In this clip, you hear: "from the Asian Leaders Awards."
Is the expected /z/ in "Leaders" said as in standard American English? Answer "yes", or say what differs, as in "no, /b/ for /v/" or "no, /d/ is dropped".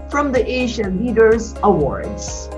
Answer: yes